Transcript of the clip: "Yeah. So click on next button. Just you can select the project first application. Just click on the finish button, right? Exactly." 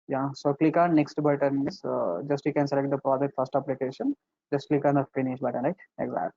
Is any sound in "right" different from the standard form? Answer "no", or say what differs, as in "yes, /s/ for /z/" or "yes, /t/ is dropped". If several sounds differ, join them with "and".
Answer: yes, /t/ is dropped